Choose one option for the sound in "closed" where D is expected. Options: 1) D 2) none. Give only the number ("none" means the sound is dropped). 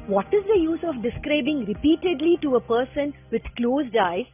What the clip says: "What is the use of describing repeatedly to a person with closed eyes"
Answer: 1